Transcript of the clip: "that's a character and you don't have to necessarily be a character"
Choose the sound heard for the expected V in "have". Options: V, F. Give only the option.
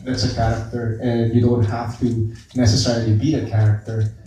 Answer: F